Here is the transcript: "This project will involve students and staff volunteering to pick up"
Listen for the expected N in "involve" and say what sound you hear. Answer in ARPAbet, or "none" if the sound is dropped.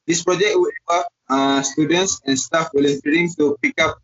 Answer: none